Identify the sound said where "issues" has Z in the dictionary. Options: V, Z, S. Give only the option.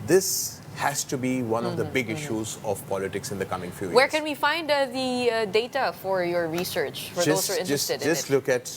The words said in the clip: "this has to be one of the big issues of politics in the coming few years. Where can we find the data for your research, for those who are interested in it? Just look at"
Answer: Z